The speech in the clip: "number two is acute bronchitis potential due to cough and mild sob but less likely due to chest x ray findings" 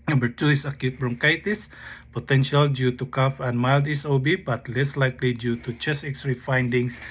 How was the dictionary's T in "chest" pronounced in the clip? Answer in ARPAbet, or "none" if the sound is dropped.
none